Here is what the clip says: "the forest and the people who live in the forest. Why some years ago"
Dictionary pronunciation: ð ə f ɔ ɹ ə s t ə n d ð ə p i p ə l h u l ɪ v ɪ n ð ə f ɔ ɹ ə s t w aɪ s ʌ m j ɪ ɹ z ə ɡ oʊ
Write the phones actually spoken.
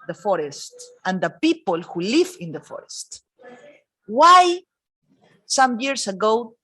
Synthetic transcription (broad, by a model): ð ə f ɔ ɹ ə s t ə n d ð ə p i p ə l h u l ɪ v ɪ n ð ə f ɔ ɹ ə s t w aɪ s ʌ m j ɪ ɹ s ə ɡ oʊ